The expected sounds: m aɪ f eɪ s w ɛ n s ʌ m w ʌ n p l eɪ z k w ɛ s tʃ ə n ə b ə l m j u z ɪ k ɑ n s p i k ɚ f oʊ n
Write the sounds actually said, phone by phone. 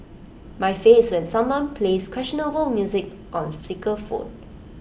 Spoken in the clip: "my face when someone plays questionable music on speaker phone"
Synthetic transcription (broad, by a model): m aɪ f eɪ s w ɛ n s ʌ m w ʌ n p l eɪ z k w ɛ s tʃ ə n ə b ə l m j u z ɪ k ɑ n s i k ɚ f oʊ n